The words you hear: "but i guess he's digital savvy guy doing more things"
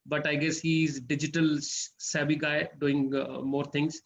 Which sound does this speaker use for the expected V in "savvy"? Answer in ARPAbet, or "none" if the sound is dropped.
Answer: B